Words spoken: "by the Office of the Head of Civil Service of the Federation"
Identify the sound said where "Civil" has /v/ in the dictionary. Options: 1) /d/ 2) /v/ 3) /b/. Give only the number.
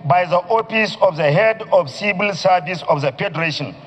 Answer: 3